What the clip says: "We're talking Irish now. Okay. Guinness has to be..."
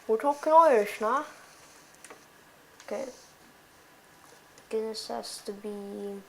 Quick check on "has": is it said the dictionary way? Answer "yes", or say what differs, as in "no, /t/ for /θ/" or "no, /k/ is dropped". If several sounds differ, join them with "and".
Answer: no, /s/ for /z/